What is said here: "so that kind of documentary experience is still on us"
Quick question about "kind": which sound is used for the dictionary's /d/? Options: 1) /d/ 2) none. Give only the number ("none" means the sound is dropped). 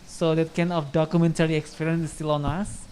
2